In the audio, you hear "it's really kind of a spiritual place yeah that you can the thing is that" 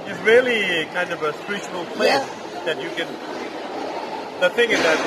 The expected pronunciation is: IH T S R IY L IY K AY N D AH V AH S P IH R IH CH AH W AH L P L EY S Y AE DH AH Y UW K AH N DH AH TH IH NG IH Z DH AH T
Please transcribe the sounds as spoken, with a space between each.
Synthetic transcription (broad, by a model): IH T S R IY L IY K AY N D AH V AH S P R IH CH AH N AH L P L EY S DH AH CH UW K AH N DH AH TH IH NG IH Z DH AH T